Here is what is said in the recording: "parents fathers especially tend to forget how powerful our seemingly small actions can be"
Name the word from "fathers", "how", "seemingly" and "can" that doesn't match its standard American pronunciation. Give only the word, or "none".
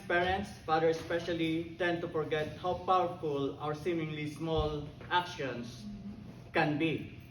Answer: fathers